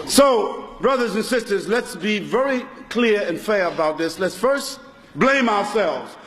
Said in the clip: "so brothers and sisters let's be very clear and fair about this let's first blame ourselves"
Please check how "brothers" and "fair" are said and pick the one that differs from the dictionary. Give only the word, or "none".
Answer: none